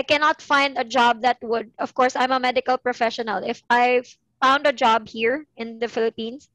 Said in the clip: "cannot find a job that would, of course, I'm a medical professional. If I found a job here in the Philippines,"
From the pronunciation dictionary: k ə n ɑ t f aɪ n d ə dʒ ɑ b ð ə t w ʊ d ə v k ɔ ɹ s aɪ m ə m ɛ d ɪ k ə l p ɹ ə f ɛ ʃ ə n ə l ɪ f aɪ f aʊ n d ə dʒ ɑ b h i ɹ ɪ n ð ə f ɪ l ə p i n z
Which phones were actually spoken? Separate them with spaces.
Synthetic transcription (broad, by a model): k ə n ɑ t f aɪ n d ə dʒ ɑ b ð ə t w ʊ d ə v k ɔ ɹ s aɪ m ə m ɛ d ɪ k ə l p ɹ ə f ɛ ʃ ə n ə l ɪ f aɪ f aʊ n d ə dʒ ɑ b h i ɹ ɪ n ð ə f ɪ l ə p i n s